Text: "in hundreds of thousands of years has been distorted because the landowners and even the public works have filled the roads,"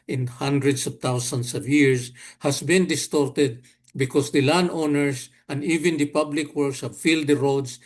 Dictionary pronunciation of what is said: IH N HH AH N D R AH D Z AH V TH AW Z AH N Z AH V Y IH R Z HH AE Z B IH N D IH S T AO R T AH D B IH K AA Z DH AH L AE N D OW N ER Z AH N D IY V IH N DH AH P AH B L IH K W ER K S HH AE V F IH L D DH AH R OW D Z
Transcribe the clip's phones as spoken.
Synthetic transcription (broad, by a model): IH N HH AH N D R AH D S AH V T AW S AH N S AH V Y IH R S HH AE S B IH N D IH S T AO R T AH D B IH K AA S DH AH L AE N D OW N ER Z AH N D IY V IH N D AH P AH B L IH K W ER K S HH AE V F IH L D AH R OW D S